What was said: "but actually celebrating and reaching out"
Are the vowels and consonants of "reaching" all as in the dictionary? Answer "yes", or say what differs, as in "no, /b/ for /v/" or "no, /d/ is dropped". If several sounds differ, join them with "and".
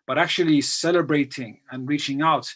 yes